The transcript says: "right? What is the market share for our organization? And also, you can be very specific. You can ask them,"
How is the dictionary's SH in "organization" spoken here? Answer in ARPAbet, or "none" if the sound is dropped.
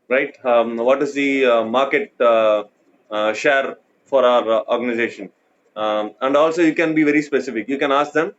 SH